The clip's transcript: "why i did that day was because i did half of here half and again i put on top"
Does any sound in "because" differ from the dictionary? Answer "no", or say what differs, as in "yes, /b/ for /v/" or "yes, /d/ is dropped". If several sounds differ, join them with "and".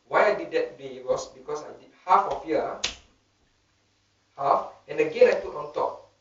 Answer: yes, /s/ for /z/